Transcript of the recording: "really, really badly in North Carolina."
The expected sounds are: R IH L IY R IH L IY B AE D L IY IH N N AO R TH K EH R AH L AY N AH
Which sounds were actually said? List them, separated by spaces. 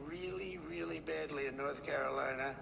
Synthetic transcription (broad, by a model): R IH L IY R IH L IY B AE D L IY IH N N AO R TH K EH R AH L AY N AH